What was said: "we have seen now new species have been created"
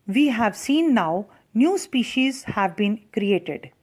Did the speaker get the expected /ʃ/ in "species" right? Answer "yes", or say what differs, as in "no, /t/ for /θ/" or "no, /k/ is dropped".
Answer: yes